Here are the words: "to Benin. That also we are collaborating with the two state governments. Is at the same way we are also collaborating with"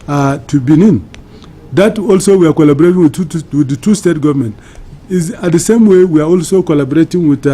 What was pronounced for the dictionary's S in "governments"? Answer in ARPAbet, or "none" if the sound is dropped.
none